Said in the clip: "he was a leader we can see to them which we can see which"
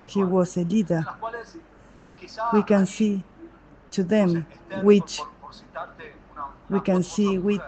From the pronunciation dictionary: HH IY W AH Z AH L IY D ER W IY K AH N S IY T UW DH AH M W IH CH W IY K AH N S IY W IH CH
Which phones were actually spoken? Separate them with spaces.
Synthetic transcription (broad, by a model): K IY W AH S AH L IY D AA W IY K AH N S IY T UW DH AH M W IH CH W IY K AH N S IY W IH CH